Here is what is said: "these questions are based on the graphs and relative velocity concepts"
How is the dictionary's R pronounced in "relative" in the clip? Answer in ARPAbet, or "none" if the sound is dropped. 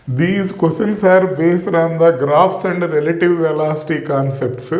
R